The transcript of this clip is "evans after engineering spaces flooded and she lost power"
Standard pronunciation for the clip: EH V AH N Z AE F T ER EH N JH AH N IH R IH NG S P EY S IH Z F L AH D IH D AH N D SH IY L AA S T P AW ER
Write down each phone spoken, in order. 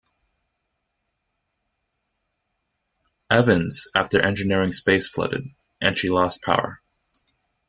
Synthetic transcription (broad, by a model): EH V AH N Z AE F T ER EH N JH AH N IH R IH NG S P EY IH S F L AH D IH D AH N SH IY L AA S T P AW ER